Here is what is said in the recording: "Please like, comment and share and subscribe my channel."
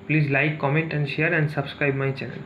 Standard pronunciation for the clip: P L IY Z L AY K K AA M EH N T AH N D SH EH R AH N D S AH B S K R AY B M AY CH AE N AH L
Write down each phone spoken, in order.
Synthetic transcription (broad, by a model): P L IY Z L AY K K AA M EH N T AH N D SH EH R AH N D S AH B S K R AY B M AY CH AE N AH L